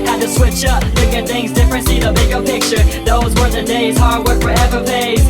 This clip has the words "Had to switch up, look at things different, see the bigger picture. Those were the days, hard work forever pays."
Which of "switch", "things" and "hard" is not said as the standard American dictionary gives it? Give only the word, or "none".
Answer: none